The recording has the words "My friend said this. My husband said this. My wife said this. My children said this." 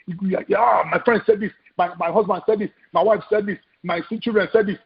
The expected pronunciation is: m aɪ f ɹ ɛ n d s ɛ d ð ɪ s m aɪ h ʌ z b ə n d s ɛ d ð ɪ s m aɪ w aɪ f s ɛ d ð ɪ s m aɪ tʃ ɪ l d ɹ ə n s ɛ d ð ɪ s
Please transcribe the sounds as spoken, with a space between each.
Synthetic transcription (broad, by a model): m aɪ f ɹ ɛ n d s ɛ d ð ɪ s m aɪ h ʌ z b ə n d s ɛ d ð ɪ s m aɪ w aɪ f s ɛ d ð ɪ s m aɪ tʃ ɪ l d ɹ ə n s ɛ d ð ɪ s